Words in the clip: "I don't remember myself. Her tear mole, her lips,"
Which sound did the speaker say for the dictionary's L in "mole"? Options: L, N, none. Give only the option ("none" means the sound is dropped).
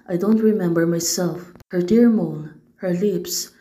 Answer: N